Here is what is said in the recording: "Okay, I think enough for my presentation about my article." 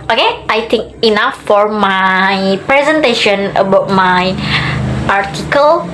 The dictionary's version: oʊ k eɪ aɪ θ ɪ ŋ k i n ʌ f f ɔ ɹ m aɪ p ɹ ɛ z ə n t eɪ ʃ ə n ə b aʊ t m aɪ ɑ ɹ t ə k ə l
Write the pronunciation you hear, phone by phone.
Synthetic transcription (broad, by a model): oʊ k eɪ aɪ t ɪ ŋ k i n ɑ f f ɔ ɹ m aɪ p ɹ ɛ z ə n t eɪ ʃ ə n ə b aʊ t m aɪ ɑ ɹ t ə k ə l